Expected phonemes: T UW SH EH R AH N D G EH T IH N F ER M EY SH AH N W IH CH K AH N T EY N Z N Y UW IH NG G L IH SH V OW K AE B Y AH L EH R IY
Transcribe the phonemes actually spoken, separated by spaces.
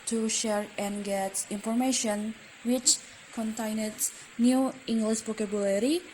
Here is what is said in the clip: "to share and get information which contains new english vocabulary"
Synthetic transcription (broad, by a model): T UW SH EH R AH N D G EH T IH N F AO M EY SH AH N W IH CH K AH N T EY N S N Y UW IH NG G L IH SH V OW K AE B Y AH L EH R IY